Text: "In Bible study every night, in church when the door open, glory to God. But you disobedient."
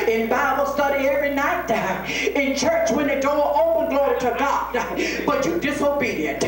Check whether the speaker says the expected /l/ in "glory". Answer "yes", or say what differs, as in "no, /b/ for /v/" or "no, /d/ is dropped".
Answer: yes